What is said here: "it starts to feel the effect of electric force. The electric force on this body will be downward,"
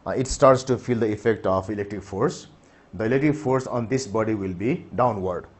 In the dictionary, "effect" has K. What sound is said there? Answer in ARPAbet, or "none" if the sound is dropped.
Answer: K